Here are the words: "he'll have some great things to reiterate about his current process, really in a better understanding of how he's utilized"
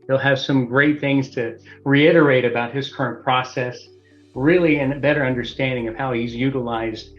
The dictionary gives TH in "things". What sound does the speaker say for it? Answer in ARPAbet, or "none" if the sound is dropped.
TH